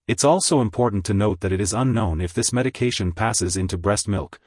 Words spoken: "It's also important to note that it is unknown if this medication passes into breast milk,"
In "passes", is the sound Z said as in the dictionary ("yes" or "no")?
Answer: yes